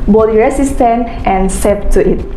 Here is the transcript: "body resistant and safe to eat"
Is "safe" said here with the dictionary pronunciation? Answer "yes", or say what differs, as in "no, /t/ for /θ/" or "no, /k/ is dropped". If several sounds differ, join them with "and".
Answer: no, /p/ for /f/